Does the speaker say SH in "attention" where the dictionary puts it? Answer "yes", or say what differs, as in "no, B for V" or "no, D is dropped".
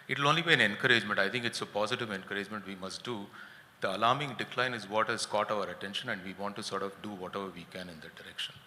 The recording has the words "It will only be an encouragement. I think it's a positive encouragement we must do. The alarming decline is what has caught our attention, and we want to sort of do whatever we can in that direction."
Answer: yes